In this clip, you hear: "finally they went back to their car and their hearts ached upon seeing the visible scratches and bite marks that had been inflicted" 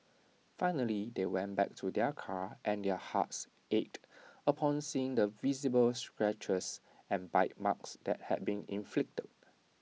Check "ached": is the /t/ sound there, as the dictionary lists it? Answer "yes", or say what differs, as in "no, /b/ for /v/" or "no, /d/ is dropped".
yes